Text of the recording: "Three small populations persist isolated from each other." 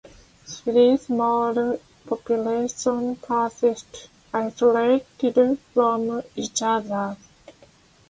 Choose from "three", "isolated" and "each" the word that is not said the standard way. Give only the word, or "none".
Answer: three